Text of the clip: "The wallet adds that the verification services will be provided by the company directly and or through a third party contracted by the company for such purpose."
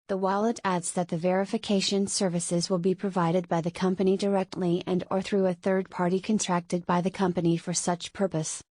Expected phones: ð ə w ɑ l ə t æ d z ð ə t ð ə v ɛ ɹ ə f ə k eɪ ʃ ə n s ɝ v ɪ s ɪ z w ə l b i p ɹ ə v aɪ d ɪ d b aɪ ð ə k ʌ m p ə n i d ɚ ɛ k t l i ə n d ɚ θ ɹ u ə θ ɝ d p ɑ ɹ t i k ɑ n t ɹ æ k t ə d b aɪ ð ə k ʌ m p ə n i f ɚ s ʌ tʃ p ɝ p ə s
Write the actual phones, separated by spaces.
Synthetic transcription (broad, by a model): ð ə w ɑ l ə t æ d z ð ə t ð ə v ɛ ɹ ə f ə k eɪ ʃ ə n s ɝ v ɪ s ɪ z w ə l b i p ɹ ə v aɪ d ɪ d b aɪ ð ə k ʌ m p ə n i d ɚ ɛ k t l i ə n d ɚ θ ɹ u ə θ ɝ d p ɑ ɹ t i k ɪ n t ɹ æ k t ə d b aɪ ð ə k ʌ m p ə n i f ɚ s ʌ tʃ p ɝ p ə s